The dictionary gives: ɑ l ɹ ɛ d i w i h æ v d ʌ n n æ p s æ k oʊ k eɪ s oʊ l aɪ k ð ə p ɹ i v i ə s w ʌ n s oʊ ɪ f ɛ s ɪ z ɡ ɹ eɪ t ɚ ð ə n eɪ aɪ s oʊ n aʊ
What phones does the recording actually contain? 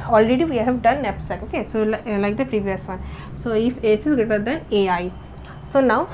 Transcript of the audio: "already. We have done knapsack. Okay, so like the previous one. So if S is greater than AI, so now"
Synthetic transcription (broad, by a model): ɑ l ɹ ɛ d i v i h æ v d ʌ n n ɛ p s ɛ oʊ k eɪ s oʊ l aɪ k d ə p ɹ i v i ə s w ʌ n s oʊ ɪ f ɛ s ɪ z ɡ eɪ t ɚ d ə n eɪ aɪ s oʊ n aʊ